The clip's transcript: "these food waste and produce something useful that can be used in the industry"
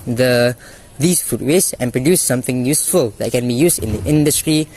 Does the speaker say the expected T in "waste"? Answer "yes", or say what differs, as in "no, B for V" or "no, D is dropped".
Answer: no, T is dropped